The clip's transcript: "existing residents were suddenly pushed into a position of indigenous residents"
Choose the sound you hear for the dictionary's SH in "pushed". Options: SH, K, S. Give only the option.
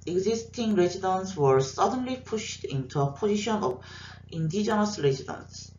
SH